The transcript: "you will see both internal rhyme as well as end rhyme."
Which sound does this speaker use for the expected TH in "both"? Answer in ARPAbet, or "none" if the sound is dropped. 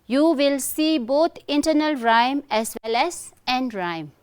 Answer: T